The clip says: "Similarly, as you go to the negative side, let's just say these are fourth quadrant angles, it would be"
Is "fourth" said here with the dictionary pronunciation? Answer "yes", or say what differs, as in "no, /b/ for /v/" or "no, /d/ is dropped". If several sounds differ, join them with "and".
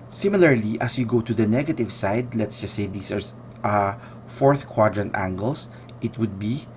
yes